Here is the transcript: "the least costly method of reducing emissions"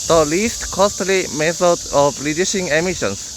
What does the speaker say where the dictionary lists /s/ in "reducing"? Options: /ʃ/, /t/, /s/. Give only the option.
/ʃ/